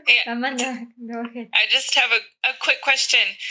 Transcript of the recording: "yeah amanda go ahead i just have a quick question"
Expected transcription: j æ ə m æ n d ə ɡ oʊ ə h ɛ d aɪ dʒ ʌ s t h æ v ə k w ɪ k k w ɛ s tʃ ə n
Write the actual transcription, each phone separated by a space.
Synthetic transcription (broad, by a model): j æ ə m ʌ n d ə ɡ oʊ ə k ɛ aɪ dʒ ʌ s t h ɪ v ə k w ɪ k k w ɛ s tʃ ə n